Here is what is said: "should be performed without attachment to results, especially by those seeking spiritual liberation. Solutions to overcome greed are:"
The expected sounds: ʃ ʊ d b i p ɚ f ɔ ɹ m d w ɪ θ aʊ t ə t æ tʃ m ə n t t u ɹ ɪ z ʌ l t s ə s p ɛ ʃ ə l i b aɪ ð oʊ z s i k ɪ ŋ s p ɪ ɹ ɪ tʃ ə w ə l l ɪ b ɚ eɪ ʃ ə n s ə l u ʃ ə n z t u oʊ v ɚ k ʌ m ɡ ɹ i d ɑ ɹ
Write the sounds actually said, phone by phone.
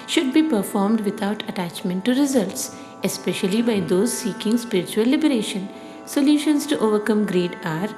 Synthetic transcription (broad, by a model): ʃ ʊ d b i p ɚ f ɔ ɹ m d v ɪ t aʊ t ə t æ tʃ m ə n t t u ɹ ɪ z ʌ l t s ə s p ɛ ʃ ə l i b aɪ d oʊ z s i k ɪ ŋ s p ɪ ɹ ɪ tʃ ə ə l l ɪ b ɚ eɪ ʃ ə n s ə l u ʃ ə n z t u oʊ v ɚ k ʌ m ɡ ɹ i d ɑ ɹ